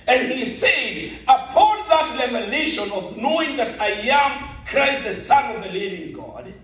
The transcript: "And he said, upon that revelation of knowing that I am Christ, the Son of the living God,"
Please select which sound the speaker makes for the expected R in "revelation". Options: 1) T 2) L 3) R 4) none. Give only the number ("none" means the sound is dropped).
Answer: 2